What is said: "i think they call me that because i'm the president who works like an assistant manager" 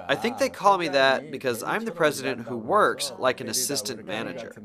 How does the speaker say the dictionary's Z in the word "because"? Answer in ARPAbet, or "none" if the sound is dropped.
Z